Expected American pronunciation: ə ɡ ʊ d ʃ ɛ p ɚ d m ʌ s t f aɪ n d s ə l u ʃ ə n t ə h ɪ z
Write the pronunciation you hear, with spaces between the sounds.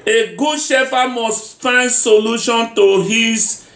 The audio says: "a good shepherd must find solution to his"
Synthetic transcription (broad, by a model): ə ɡ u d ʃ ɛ f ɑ m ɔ s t f aɪ n d s ə l u ʃ ə n t ə h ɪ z